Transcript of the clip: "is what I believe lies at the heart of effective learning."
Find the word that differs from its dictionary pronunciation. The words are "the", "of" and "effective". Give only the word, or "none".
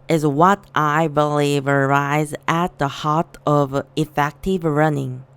none